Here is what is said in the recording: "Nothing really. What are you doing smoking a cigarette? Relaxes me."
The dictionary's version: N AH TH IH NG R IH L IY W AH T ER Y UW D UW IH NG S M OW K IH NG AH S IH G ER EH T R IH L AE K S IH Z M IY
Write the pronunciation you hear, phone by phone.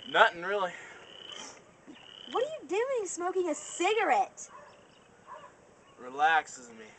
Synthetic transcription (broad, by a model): N AH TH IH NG R IH L IY W AH T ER Y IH D UW IH NG S M OW K IH NG AH S IH G ER EH T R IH L AE K S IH Z M IY